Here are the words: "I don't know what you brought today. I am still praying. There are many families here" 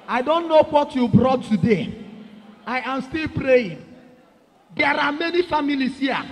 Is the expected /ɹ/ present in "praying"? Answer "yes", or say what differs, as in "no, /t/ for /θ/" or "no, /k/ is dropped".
yes